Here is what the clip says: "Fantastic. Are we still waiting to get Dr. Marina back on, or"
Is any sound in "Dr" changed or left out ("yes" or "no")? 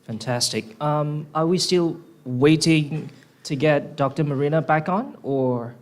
no